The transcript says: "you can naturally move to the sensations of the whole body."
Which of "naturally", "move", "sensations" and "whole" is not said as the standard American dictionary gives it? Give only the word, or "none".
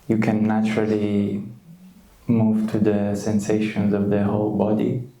none